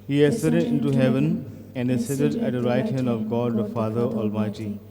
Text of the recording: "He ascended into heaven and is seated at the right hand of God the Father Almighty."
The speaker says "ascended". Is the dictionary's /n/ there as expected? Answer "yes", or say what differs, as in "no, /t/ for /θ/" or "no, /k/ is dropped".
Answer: no, /n/ is dropped